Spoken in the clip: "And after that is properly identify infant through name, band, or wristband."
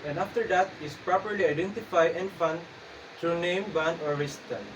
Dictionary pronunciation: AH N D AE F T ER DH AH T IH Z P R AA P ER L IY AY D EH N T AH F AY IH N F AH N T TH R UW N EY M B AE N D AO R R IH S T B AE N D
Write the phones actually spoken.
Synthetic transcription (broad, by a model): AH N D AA F T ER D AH T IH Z P R AA P ER L IY AY D EH N T AH F AY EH N F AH N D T R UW N EY M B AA N AO R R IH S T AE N